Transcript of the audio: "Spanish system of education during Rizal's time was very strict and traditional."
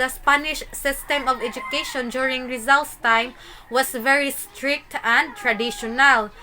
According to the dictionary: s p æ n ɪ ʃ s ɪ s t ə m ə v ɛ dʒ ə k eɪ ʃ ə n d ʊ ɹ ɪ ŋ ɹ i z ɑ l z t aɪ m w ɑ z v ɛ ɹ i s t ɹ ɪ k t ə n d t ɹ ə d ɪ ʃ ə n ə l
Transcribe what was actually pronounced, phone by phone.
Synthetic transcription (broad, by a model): s p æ n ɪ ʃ s ɪ s t ə m ə v ɛ dʒ ə k eɪ ʃ ə n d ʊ ɹ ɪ ŋ ɹ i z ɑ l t t aɪ m w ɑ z v ɛ ɹ i s t ɹ ɪ k t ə n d t ɹ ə d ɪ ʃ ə n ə l